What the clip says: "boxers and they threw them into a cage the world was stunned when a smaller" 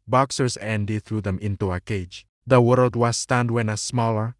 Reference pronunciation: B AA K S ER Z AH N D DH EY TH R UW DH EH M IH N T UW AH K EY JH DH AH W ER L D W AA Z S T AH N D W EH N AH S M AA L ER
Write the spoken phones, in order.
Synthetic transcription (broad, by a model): B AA K S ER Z AH N D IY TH R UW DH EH M IH N T UW AH K EY JH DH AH W ER L D W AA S T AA N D W EH N AH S M AA L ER